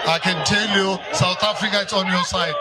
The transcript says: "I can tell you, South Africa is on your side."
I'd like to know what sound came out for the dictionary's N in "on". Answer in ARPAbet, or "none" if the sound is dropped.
N